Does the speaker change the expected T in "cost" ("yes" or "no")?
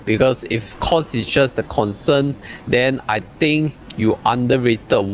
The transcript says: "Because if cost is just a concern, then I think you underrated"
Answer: yes